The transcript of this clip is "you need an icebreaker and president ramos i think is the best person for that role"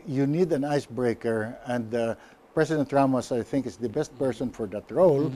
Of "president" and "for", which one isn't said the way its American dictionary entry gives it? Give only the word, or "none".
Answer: president